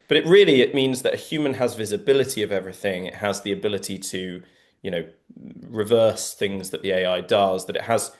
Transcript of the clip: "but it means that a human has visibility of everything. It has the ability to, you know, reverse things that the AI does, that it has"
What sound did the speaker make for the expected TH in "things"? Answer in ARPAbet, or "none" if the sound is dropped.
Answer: TH